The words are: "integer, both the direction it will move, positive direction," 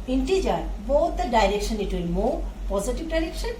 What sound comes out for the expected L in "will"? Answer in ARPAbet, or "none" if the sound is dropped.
N